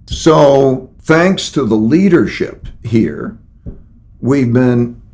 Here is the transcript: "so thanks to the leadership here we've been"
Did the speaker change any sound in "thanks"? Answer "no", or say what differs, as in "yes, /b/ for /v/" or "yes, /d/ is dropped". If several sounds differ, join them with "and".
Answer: no